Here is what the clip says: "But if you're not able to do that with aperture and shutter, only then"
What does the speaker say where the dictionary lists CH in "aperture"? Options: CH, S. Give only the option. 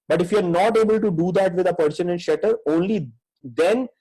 S